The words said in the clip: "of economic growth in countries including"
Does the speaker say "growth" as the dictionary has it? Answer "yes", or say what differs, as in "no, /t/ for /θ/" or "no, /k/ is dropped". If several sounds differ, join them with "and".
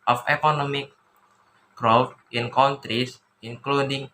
no, /f/ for /θ/